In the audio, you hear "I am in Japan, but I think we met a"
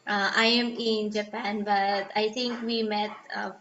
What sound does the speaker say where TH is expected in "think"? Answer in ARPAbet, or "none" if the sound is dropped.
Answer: T